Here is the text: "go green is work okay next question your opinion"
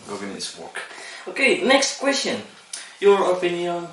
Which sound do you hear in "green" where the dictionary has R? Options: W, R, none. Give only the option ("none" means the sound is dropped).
none